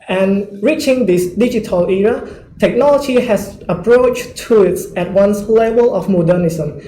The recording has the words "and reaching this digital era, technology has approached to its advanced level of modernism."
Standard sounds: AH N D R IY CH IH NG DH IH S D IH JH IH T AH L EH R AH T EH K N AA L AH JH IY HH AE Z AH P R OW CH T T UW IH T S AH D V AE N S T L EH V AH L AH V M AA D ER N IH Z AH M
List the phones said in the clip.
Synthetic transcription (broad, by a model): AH N R IY CH IH NG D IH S D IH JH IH T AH L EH R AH T EH K N AA L AH JH IY HH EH S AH P R OW CH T T UW IH T S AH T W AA N S L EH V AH L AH F M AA D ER N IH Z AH M